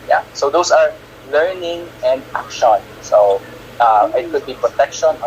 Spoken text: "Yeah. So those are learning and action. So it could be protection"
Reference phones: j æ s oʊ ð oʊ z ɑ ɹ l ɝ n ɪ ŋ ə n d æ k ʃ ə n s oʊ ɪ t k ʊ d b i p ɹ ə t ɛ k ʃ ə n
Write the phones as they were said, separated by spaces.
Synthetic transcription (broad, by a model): j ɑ s oʊ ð oʊ s ɑ ɹ l ɝ n ɪ ŋ ə n d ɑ k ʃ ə n s oʊ ɪ t k ʊ d b i p ɹ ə t ɛ k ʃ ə n